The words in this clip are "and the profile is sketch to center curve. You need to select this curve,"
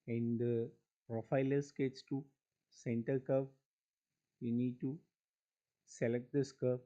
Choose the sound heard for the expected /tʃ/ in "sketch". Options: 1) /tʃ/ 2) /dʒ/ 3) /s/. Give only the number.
3